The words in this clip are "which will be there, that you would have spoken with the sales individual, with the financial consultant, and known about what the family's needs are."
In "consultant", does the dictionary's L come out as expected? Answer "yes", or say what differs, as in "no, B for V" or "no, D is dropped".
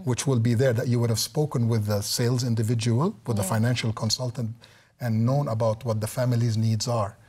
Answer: yes